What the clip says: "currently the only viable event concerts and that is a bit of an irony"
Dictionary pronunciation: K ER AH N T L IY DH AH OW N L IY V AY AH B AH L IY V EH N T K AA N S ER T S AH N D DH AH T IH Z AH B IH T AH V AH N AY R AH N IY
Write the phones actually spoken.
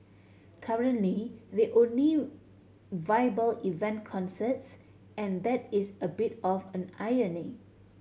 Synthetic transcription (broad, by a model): K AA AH N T L IY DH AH OW N L IY V AY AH B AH L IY V EH N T K AA N S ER T S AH N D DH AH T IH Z AH B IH T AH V AH N AY AH N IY